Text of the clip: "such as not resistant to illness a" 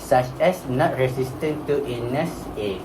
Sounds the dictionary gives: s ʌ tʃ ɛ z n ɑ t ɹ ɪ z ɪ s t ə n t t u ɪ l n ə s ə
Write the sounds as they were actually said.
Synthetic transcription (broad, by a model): s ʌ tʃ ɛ s n ɑ t ɹ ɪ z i s t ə n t t u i n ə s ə